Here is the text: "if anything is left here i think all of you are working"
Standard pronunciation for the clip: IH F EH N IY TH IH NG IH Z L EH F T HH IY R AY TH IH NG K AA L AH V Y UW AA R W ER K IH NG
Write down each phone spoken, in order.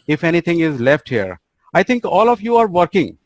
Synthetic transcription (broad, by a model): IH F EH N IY T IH NG IH Z L EH F T HH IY R AY T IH NG K AA L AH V Y UW AA R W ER K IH NG